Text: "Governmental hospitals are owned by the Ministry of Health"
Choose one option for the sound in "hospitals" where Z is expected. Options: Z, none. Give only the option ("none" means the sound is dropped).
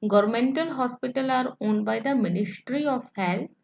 none